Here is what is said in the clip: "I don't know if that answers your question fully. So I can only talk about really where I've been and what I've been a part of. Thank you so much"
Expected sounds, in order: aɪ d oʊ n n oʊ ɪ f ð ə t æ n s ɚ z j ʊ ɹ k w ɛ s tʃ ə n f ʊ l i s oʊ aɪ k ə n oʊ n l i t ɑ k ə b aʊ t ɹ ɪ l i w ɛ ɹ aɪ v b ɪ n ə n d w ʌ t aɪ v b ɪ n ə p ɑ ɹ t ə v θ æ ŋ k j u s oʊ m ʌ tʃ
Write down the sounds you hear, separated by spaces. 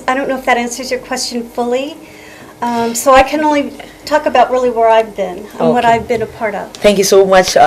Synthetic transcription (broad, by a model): aɪ d oʊ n n oʊ ɪ f ð ə t æ n s ɚ z j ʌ ɹ k w ɛ s tʃ ə n f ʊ l i s oʊ aɪ k ə n oʊ n l i t ɑ k ə b aʊ t ɹ ɪ l i w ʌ ɹ aɪ v b ɪ n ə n w ʌ t aɪ v b ɪ n ə p ɑ ɹ t ə v θ æ ŋ k j u s oʊ m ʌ tʃ